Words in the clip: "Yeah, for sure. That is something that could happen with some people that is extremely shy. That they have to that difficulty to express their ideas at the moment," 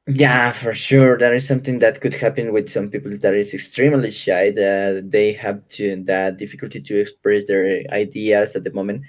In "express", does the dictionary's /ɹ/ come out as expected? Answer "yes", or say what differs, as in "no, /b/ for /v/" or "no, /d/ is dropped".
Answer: yes